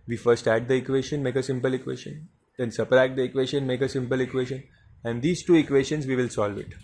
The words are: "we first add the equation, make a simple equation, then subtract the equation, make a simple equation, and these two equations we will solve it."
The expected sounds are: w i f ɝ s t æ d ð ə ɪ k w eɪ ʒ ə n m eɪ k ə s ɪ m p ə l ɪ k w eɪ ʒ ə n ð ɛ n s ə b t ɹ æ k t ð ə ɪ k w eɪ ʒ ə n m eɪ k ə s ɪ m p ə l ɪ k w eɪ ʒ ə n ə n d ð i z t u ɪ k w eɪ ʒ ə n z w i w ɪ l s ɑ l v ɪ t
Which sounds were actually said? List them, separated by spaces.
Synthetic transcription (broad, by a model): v i f ɝ s t æ d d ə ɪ k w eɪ ʃ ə n m eɪ k ə s ɪ m p ə l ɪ k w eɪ ʃ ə n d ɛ n s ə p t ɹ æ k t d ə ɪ k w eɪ ʃ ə n m eɪ k ə s ɪ m p ə l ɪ k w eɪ ʃ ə n ə n d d i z t u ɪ k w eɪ ʃ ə n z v i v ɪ l s ɑ l v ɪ t